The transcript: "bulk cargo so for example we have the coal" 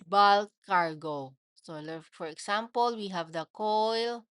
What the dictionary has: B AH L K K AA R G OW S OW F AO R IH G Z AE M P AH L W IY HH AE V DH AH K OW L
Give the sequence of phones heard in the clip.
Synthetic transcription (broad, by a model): B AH L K K AA R G OW S OW F AO R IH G S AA M P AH L W IY HH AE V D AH K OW L